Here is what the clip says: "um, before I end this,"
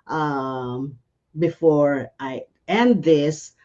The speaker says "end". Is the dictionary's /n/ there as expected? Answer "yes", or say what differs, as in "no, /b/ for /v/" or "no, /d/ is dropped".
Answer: yes